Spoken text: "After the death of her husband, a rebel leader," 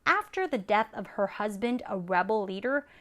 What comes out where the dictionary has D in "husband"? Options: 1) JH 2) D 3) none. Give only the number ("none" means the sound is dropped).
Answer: 2